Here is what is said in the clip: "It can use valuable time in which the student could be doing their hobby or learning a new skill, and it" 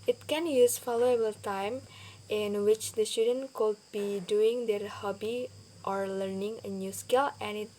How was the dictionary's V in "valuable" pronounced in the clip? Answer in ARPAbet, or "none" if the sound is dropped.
F